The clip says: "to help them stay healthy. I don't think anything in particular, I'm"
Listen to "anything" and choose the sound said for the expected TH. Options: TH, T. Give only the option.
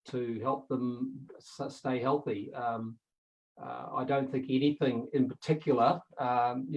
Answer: TH